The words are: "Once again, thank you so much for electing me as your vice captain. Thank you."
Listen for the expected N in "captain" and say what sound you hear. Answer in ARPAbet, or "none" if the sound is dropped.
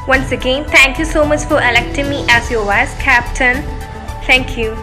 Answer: N